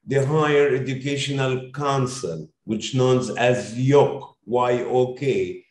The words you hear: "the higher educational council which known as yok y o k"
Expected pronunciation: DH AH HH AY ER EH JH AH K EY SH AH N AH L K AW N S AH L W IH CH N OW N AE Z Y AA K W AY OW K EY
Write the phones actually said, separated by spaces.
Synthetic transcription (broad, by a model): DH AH HH AY ER EH JH AH K EY SH AH N AH L K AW N S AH L W IH CH N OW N AE Z Y AA K W AY OW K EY